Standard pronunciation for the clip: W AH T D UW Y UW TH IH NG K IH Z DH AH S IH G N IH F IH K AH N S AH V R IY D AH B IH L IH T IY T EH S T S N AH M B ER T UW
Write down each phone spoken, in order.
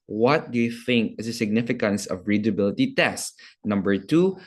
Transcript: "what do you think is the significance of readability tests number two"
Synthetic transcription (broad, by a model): W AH T D UW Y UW TH IH NG K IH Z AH S IH G N IH F IH K AH N S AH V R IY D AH B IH L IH T IY T EH S T N AH M B ER T UW